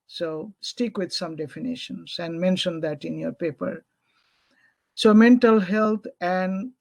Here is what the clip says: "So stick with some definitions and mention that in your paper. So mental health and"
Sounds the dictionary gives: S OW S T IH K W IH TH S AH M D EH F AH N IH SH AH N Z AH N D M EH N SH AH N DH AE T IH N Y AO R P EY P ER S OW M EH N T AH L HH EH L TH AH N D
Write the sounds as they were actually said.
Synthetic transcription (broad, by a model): S OW S T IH K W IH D S AH M D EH F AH N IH SH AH N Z AH N D M EH N SH AH N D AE T IH N Y AO R P EY P ER S OW M EH N T AH L HH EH L T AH N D